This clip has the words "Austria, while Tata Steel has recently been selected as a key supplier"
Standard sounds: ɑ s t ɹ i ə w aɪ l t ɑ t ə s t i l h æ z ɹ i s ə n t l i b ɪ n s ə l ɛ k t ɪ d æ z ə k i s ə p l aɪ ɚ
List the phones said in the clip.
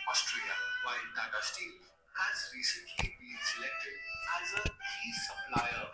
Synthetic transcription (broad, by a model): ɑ s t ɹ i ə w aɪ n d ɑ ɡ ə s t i n h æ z ɹ i s ə n t l i b ɪ n s ə l ɛ k t ɪ d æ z ə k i s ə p l aɪ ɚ